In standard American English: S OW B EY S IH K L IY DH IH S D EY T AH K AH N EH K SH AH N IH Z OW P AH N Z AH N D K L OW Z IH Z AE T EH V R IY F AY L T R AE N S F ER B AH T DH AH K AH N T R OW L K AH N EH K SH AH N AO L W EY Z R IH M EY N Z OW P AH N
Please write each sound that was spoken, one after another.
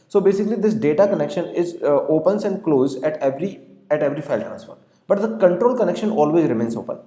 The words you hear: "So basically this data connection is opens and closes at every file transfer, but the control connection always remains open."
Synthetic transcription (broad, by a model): S OW B EY S IH K L IY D IH S D EY T AH K AH N EH K SH AH N IH Z OW P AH N S AH N D K L OW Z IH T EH T EH V R IY F AY L T R AE N S F ER B AH T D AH K AH N T R OW L K AH N EH K SH AH N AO L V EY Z R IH M EY N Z OW P AH N